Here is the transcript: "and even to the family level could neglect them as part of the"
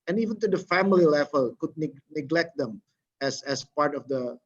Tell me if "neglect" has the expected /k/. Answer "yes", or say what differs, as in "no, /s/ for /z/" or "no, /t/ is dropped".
yes